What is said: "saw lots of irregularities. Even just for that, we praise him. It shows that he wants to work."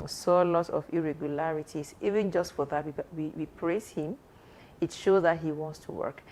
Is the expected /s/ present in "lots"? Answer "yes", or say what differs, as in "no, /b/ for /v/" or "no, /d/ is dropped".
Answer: no, /s/ is dropped